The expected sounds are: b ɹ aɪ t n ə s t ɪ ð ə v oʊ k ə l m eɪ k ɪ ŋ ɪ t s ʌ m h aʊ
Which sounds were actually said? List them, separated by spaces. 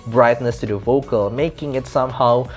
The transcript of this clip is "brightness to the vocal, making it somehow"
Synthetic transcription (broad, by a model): b ɹ aɪ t n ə s t ɪ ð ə v oʊ k ə l m eɪ k ɪ ŋ ɪ t s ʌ m h aʊ